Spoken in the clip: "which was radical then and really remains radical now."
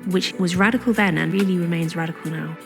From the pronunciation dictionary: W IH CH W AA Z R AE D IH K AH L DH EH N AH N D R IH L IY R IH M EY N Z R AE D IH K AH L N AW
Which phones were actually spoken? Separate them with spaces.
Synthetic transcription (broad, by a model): W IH CH W AA Z R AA D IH K AH L DH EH N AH N R IH L IY R IH M EY N Z R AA D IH K AH L N AW